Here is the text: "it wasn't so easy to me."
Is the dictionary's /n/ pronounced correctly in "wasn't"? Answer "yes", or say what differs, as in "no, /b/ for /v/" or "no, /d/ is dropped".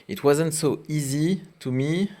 yes